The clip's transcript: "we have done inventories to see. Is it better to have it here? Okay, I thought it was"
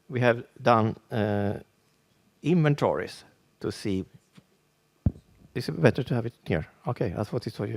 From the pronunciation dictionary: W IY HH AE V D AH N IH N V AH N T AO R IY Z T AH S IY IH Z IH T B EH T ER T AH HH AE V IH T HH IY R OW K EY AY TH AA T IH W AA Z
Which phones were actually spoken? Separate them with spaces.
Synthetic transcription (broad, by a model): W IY HH AE V D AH N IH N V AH N T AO R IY S T AH S IY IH S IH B B EH T ER T AH HH AE V IH T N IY R OW K EY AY F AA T IH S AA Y